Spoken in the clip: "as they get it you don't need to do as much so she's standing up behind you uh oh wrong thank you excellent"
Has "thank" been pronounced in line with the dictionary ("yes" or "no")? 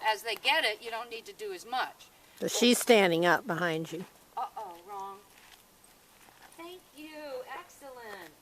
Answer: yes